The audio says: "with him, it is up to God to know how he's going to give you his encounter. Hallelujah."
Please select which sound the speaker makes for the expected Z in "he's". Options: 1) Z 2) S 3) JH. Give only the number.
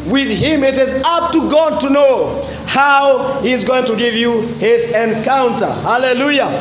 1